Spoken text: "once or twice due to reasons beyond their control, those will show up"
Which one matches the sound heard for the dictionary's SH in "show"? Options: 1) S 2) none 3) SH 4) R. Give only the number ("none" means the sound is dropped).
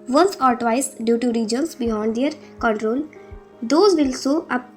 1